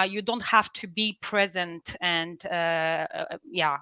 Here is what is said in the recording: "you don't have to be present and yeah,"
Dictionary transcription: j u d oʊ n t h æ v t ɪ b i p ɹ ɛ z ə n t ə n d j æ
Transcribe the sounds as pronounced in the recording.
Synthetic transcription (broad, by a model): j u d oʊ n t h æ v t ɪ b i p ɹ ɛ z ə n t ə n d j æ